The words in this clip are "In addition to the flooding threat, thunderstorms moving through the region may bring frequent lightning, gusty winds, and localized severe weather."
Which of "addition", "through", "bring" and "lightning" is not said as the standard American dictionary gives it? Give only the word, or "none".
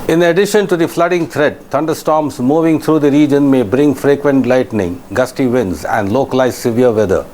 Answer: through